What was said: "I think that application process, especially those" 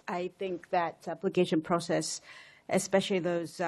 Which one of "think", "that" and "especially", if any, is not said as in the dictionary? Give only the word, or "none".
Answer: none